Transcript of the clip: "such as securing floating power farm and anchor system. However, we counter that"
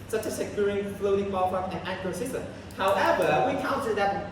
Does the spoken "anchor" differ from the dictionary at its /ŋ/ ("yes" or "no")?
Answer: yes